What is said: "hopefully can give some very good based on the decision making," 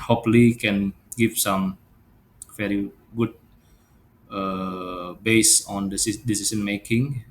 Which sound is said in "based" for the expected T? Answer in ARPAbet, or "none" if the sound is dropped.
none